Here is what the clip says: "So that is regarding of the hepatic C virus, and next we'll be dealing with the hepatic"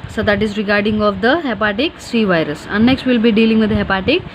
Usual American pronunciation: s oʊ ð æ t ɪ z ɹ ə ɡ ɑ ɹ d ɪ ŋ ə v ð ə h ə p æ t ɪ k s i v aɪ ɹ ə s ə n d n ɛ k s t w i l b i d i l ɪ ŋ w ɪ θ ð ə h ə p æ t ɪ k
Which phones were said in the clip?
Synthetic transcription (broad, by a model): s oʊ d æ t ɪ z ɹ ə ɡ ɑ ɹ d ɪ ŋ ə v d ə h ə p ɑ t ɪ k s i v aɪ ɹ ə s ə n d n ɛ k s t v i l b i d i l ɪ ŋ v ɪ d h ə p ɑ t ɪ k